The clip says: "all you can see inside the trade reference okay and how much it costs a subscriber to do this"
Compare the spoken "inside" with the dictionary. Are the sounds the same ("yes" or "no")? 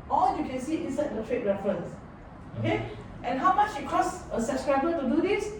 no